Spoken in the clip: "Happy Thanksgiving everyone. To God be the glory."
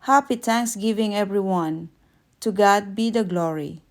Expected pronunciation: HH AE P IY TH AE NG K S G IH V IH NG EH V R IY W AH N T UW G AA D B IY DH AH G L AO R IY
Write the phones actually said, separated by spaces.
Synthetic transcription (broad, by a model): HH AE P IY T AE NG K S G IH V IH NG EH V R IY W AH N T UW G AA D B IY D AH G L AO R IY